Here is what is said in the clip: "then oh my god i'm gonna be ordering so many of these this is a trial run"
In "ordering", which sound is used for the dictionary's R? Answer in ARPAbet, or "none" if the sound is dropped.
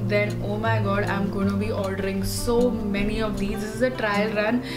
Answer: L